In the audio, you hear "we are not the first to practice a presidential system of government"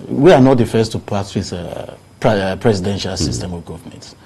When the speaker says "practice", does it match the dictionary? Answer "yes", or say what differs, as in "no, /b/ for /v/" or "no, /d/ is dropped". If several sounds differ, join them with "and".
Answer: no, /ɹ/ is dropped